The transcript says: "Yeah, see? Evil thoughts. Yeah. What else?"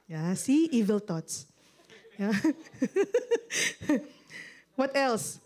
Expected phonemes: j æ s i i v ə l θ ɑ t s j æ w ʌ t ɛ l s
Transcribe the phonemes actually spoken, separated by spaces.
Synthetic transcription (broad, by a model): j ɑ s i i v ə l t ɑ t s j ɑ w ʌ t ɛ l s